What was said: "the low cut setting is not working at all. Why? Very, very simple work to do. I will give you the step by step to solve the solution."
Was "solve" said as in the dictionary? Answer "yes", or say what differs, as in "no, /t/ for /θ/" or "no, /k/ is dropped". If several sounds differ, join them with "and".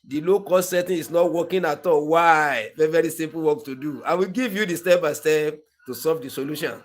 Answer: no, /l/ is dropped